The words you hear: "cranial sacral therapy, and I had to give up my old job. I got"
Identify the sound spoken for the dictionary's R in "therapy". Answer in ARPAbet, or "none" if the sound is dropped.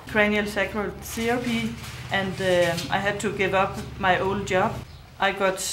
none